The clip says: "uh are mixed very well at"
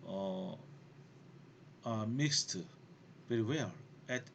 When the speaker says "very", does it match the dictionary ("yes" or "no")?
no